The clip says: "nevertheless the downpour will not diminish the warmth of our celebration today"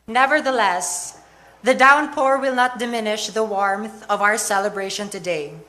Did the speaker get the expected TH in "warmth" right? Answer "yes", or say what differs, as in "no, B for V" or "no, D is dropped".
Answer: yes